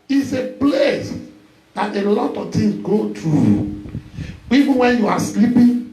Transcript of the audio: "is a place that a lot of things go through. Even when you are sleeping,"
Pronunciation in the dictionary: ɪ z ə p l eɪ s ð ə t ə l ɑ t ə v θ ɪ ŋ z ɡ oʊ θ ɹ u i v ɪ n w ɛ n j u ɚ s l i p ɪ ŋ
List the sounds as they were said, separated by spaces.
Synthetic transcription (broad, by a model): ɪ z ə p l eɪ s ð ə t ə l ɑ t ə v t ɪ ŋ s ɡ oʊ t ɹ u i v ɪ n w ɛ n j u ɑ s l i p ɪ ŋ